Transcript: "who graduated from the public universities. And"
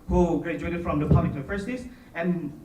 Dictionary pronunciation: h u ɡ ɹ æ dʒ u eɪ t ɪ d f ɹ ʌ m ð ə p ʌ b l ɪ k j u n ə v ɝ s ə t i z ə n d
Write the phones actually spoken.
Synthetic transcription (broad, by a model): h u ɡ ɹ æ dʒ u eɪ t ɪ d f ɹ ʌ m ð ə p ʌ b l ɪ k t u ə f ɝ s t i s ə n